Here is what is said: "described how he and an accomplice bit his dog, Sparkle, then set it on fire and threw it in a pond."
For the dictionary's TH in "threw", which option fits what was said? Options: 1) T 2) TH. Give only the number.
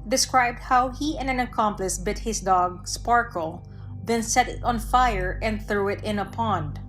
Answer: 2